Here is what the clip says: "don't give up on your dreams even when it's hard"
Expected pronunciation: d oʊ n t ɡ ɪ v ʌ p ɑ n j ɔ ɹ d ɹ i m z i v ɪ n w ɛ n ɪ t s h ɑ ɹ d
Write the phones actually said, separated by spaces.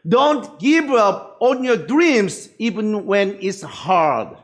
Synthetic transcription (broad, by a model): d oʊ n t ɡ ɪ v ʌ p ɑ n j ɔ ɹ d ɹ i m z i v ɪ n w ɛ n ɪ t s h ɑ ɹ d